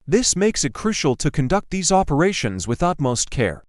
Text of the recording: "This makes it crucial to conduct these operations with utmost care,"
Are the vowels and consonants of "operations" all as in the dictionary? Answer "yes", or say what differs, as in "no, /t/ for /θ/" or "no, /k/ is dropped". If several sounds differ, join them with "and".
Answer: yes